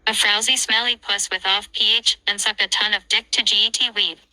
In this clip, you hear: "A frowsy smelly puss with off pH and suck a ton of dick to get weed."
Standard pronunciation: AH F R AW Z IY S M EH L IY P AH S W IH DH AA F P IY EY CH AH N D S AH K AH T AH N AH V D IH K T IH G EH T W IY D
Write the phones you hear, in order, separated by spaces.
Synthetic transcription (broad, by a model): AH F R AW Z IY S M EH L IY P AH S W IH DH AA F P IY EY CH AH N S AH K AH T AH N AH V D IH K T IH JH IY T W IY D